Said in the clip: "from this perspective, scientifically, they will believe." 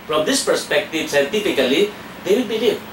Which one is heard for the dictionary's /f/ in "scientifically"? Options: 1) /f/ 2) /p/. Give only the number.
2